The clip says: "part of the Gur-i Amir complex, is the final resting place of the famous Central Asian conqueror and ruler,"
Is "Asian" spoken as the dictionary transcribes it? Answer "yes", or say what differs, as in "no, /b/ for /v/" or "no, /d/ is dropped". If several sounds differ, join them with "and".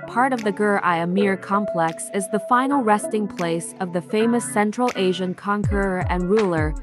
yes